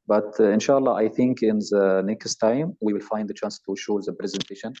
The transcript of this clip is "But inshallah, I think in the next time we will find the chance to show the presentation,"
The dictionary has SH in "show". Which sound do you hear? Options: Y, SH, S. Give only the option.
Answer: SH